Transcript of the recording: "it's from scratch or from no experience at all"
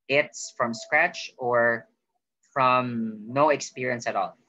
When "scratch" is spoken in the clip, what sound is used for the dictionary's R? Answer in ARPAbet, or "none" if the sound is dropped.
R